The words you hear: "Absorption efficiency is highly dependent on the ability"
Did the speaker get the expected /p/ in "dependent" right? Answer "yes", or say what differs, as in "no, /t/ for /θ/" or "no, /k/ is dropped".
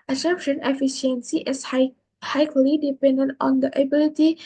yes